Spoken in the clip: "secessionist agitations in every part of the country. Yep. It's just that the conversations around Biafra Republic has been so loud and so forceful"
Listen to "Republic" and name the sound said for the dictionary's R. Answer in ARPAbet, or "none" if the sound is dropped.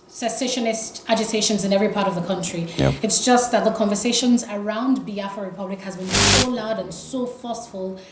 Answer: R